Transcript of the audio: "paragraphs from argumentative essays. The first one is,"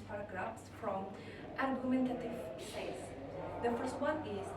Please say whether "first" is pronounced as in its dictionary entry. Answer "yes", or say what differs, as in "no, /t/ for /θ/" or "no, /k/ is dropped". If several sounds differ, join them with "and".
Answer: yes